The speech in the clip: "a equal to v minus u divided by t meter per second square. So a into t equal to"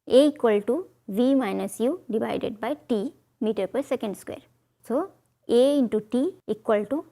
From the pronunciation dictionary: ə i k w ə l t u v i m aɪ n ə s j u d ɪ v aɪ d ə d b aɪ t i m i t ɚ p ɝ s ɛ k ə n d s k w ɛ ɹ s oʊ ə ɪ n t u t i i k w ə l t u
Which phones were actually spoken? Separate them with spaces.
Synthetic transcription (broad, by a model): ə i k w ə l t u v i m aɪ n ə s j u d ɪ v aɪ d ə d b aɪ t i m i t ɚ p ɝ s ɛ k ə n d s k w ɛ ɹ s oʊ ə ɪ n t u t i i k w ə l t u